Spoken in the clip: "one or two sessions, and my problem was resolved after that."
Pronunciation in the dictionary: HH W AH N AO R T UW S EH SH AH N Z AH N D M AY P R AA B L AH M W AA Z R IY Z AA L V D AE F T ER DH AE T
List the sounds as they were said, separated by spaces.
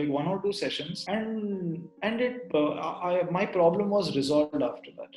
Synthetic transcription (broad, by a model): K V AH N AO R T UW S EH SH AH N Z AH N D M AY P R AA B L AH M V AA Z R IY Z AA L V D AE F T ER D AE T